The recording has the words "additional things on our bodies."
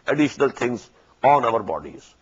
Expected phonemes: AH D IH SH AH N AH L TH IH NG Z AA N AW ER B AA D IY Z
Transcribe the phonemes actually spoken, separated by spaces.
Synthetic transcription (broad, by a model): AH D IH SH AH N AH L T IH NG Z AA N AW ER B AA D IY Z